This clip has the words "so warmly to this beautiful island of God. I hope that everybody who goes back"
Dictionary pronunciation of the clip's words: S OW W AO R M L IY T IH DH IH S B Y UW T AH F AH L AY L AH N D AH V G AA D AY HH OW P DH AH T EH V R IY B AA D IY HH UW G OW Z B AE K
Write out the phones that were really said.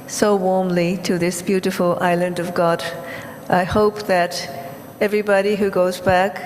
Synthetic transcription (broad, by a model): S OW W AO R M L IY T IH DH IH S B Y UW T AH F AH L AY L AH N D AH V G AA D AY HH OW P DH AH T EH V R IY B AA D IY HH UW G OW Z B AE K